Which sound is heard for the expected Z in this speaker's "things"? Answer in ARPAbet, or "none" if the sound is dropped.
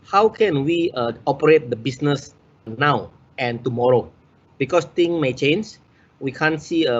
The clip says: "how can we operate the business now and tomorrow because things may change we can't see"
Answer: none